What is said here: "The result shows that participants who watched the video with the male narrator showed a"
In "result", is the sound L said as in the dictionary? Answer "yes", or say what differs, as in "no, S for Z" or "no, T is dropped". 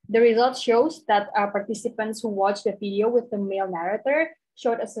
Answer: yes